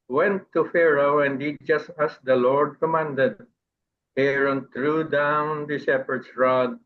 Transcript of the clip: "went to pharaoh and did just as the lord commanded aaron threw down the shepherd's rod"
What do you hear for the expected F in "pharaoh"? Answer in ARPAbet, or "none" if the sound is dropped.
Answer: F